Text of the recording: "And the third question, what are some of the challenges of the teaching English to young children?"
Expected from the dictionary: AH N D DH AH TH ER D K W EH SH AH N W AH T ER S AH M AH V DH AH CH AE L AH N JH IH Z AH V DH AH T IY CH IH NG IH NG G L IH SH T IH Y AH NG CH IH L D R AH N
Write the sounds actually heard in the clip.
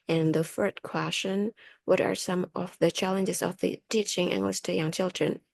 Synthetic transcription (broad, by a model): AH N DH AH F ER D K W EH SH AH N W AH T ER S AH M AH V DH AH CH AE L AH N JH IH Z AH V DH AH T IY CH IH NG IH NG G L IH S T IH Y AH NG CH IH L D R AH N